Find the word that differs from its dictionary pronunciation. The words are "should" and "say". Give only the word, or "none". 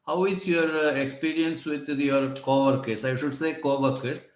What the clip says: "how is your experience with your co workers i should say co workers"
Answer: none